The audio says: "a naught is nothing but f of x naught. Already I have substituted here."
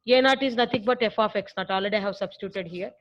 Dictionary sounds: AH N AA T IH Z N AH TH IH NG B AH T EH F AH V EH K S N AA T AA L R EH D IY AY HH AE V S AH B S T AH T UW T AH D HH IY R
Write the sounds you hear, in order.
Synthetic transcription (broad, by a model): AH N AA T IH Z N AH T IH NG B AH T EH F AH F EH K S N AA T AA L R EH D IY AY HH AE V S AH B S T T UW T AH D HH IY R